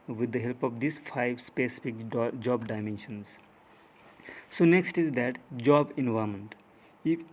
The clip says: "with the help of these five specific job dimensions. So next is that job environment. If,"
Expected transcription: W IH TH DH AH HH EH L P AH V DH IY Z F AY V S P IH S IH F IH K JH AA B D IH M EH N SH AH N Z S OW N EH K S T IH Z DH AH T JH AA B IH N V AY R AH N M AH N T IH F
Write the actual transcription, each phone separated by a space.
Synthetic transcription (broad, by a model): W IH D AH HH EH L P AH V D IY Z F AY V S P IH S IH F IH K JH AA B D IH M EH N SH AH N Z S OW N EH K S T IH Z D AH T JH AA B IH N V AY AH M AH N T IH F